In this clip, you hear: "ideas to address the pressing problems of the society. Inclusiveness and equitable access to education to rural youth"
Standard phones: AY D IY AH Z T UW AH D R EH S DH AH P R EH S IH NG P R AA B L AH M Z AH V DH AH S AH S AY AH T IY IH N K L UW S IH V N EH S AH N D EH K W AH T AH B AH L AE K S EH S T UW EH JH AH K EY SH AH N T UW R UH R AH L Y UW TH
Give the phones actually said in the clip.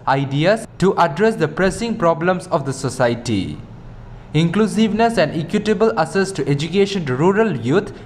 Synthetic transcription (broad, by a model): AY D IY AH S T UW AH D R EH S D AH P R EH S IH NG P R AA B L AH M S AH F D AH S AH S AY T IY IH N K L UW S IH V N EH S AH N D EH K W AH T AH B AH L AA S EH S T UW EH JH AH K EY SH AH N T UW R R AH L Y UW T